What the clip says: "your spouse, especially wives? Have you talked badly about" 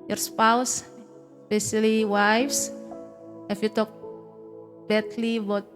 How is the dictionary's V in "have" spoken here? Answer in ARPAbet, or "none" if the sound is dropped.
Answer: F